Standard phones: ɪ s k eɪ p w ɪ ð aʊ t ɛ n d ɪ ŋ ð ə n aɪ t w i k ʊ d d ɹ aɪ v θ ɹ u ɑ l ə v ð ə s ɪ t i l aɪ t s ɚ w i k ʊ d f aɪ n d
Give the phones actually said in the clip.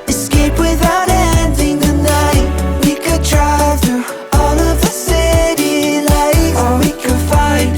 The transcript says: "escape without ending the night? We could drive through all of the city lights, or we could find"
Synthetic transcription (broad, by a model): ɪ s k eɪ p w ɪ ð aʊ t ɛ n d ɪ ŋ ð ə n aɪ t w i k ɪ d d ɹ aɪ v t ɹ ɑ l ə v ð ə s ɪ t i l aɪ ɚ w i k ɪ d f aɪ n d